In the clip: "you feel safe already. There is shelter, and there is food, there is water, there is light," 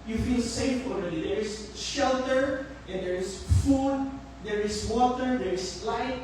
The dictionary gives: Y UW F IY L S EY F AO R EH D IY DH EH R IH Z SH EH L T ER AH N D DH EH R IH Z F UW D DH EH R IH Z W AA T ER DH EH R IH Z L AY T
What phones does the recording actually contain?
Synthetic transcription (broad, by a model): Y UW F IY L S EY F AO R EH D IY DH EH R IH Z SH EH L T ER AH N D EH R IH S F UW D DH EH R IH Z W AA T ER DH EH R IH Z L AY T